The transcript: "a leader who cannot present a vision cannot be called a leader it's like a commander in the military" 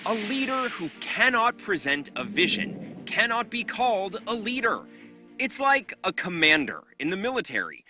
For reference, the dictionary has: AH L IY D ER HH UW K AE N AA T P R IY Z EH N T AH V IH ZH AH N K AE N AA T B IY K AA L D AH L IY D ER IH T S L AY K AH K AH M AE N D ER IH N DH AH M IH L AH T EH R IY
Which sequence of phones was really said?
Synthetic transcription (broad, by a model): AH L IY D ER HH UW K AE N AA T P R IY Z EH N T AH V IH ZH AH N K AE N AA T B IY K AA L D AH L IY D ER IH T S L AY K AH K AH M AE N D ER IH N DH AH M IH L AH T EH R IY